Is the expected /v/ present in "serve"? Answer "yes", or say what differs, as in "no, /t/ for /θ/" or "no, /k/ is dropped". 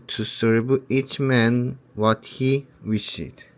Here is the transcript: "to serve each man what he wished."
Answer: no, /b/ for /v/